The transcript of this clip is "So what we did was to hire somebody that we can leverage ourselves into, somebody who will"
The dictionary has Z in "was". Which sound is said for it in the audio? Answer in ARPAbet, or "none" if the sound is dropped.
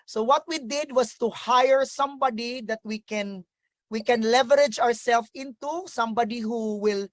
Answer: S